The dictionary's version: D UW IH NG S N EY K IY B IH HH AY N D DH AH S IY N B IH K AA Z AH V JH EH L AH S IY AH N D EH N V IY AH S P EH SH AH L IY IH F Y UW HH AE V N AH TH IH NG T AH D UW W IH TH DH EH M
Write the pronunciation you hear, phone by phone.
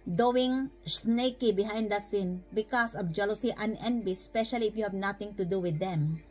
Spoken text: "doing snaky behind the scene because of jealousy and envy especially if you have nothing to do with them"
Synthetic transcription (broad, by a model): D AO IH NG S N EY K IY B IH HH AY N D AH S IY N B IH K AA S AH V JH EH L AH S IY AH N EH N B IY S P EH SH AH L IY IH F Y UW HH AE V N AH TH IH NG T AH D UW W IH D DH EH M